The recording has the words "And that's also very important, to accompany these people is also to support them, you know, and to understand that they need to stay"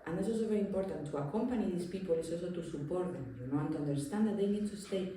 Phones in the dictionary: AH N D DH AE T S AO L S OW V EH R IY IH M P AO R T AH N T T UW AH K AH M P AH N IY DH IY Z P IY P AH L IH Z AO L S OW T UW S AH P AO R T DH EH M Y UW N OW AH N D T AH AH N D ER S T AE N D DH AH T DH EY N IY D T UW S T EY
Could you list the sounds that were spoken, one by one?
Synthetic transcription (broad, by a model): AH N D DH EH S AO S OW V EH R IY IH M P AO R T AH N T T UW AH K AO M P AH N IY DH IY S P IY P AH L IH S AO S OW T UW S AH P AO R T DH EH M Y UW N OW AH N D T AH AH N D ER S T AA N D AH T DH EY N IY D T UW S T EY